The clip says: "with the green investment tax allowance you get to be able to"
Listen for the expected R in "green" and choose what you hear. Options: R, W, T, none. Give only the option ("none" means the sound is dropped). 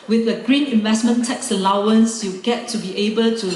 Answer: R